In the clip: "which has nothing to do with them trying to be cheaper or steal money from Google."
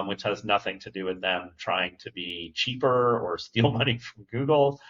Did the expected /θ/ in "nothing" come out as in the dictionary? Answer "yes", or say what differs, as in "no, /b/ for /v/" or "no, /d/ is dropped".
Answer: yes